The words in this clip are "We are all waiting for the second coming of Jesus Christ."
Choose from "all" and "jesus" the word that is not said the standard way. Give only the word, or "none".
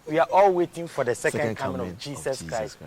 jesus